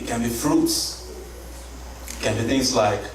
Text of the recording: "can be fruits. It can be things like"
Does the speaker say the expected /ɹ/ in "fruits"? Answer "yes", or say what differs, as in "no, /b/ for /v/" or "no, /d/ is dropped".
yes